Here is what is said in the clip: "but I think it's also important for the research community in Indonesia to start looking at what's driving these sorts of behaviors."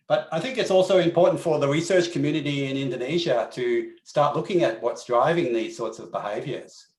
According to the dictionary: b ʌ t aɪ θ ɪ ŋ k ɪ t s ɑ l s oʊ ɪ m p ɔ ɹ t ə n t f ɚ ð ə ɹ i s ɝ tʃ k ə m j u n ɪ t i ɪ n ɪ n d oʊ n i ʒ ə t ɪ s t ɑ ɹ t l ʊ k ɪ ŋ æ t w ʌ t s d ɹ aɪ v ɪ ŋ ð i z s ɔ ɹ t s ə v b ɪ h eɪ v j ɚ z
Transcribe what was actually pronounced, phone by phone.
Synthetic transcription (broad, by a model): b ʌ t aɪ θ ɪ ŋ k ɪ t s ɑ l s oʊ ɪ m p ɔ ɹ t n t f ɚ ð ə ɹ i s ɝ tʃ k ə m j u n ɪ t i ɪ n ɪ n d oʊ n i ʒ ə t ɪ s t ɑ ɹ t l ʊ k ɪ ŋ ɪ t w ʌ t s d ɹ aɪ v ɪ ŋ ð i z s ɔ ɹ t s ə v b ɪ h eɪ v j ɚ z